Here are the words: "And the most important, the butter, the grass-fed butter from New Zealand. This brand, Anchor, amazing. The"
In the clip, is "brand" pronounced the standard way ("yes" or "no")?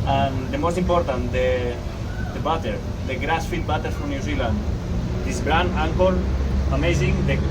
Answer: no